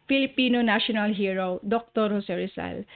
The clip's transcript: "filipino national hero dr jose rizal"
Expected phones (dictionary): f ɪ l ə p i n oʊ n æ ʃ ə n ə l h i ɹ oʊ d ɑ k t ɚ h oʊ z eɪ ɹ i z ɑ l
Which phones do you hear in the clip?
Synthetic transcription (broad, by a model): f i l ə p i n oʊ n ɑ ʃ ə n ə l h i ɹ oʊ d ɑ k t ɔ h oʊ s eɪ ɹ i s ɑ l